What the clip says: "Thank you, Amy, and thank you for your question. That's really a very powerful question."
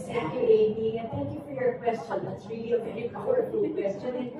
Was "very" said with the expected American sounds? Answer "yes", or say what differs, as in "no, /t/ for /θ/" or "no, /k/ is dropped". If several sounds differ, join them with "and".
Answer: no, /ɹ/ is dropped